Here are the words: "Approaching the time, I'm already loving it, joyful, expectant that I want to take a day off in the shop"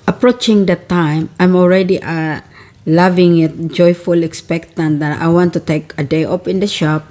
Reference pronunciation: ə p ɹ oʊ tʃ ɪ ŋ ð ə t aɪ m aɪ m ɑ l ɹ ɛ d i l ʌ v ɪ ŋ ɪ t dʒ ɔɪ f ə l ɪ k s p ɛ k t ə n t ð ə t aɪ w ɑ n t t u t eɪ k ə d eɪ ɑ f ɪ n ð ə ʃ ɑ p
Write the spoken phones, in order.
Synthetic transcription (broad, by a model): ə p ɹ oʊ tʃ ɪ ŋ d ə t aɪ m aɪ m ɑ l ɹ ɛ d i l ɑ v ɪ ŋ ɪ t dʒ ɔɪ f ə l ɪ k s p ɛ k t ə n t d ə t aɪ w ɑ n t t u t eɪ k ə d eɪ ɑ p ɪ n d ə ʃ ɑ p